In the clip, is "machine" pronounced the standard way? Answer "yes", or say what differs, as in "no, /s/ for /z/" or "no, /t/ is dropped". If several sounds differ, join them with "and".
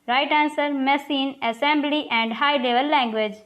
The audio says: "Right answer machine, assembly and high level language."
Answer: no, /s/ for /ʃ/